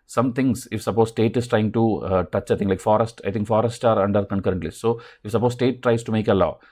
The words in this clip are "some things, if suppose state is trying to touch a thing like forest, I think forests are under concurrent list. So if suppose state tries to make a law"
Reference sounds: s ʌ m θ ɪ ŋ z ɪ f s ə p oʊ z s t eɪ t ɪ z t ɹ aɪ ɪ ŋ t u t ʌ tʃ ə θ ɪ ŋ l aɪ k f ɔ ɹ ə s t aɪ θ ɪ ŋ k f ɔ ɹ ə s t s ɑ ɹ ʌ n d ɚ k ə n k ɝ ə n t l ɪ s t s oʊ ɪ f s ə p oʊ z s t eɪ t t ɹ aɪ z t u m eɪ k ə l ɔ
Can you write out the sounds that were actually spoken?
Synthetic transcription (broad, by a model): s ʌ m t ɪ ŋ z ɪ f s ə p oʊ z s t eɪ t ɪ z t ɹ aɪ ɪ ŋ t u t ʌ tʃ ə t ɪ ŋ l aɪ k f ɔ ɹ ə s t aɪ t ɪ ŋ k f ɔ ɹ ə s t ɑ ɹ ʌ n d ɚ k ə n k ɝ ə n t l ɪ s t s oʊ ɪ f s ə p oʊ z s t eɪ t t ɹ aɪ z t u m eɪ k ə l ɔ